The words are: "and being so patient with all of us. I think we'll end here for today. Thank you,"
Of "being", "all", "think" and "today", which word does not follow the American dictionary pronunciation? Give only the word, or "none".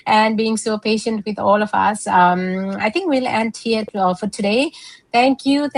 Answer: think